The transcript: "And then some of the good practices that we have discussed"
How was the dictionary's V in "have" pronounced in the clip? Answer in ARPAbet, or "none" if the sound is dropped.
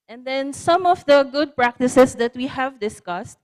V